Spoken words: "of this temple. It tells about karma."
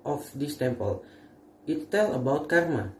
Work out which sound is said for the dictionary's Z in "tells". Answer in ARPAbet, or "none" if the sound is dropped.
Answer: none